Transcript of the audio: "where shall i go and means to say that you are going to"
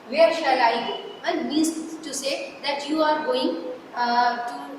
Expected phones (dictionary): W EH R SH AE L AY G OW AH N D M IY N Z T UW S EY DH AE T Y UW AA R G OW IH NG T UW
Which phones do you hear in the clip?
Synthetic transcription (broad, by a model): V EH R SH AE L AY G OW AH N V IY Z T UW S EY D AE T Y UW AA R G OW IH NG T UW